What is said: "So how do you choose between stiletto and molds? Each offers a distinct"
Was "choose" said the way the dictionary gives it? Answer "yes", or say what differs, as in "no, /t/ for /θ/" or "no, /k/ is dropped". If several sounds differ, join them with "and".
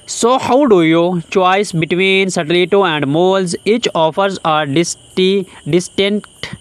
no, /s/ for /z/